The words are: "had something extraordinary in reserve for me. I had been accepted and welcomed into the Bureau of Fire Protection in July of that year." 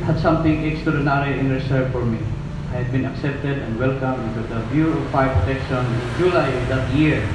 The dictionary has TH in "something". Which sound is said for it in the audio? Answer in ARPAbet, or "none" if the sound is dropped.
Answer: T